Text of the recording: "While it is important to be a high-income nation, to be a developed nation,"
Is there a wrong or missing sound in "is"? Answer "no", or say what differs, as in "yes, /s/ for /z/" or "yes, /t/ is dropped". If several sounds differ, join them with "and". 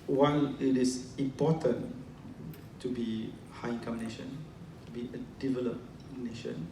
yes, /s/ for /z/